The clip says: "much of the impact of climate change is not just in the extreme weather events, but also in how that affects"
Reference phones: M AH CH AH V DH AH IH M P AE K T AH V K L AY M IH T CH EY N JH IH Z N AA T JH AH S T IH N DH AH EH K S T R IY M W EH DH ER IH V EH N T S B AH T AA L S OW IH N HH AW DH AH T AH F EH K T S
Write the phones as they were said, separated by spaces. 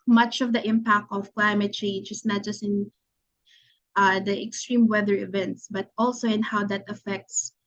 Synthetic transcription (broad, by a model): M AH CH AH V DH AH IH M P AE K T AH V K L AY M IH T CH EY N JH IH S N AA T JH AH S T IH N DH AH EH K S T R IY M W EH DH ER IH V EH N T S B AH T AA L S OW IH N HH AW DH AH T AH F EH K T S